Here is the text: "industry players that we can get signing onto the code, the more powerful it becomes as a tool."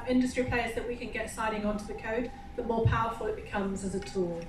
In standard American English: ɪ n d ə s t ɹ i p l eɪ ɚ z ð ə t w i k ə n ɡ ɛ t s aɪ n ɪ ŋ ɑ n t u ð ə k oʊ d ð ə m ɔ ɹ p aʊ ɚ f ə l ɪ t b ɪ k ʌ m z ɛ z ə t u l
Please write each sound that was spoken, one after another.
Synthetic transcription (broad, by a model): ɪ n d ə s t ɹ i p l eɪ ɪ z ð ə t w i k ə n ɡ ɛ t s aɪ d ɪ ŋ ɑ n t u ð ə k oʊ d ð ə m ɔ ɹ p aʊ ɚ f ə l ɪ t b ɪ k ʌ m z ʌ z ə t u l